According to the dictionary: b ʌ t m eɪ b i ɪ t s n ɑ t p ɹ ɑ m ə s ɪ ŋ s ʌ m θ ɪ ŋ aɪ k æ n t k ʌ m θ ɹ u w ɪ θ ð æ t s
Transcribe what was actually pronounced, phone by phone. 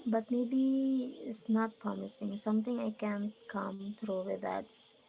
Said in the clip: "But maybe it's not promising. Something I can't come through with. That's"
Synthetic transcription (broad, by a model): b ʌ t m eɪ b i ɪ t s n ɑ t p ɹ ɑ m ə s ɪ ŋ s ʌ m t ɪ ŋ aɪ k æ n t k ʌ m t ɹ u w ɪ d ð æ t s